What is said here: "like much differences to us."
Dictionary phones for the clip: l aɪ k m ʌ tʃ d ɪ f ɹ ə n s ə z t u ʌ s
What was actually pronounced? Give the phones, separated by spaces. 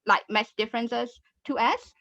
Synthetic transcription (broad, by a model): l aɪ k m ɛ s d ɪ f ɹ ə n s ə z t u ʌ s